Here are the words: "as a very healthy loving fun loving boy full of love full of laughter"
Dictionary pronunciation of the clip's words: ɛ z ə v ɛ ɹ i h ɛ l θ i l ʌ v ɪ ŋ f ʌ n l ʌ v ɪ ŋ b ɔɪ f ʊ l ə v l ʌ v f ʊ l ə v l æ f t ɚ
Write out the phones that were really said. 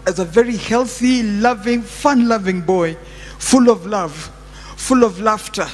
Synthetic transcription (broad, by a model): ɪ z ə v ɛ ɹ i h ɛ l θ i l ʌ v ɪ ŋ f ʌ n l ʌ v ɪ ŋ b ɔɪ f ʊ l ə v l ʌ v f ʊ l ə v l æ f t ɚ